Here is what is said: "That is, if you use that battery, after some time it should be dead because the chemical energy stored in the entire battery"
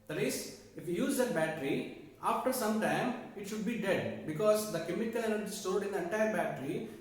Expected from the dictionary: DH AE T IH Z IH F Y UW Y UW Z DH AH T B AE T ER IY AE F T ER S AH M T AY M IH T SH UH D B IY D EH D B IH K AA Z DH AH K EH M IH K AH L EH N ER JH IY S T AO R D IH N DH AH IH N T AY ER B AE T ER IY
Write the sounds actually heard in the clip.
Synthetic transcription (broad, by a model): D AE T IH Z IH F Y UW Y UW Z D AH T B AE T ER IY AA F T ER S AH M T AY M IH T SH UH D B IY D EH D B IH K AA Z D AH K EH M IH K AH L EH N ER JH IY S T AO L D IH N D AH IH N T AY ER B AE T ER IY